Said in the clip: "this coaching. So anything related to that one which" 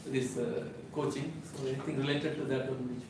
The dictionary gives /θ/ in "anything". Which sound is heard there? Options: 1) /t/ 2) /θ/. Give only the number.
1